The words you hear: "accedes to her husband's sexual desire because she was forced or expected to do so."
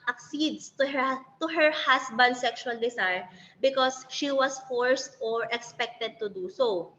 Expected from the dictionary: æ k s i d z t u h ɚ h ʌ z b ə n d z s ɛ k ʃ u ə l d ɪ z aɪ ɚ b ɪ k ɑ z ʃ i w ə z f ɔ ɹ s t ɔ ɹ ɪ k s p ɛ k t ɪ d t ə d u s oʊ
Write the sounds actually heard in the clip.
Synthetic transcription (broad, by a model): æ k s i d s t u h ɚ h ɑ s b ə n d s ɛ k ʃ u ə l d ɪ s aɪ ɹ b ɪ k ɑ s ʃ i w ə s f ɔ ɹ s t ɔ ɹ ɪ k s p ɛ k t ɪ d t ə d u s oʊ